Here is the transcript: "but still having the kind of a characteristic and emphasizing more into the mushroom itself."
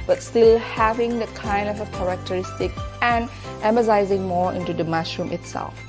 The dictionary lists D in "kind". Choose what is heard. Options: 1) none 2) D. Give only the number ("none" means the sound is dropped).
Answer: 2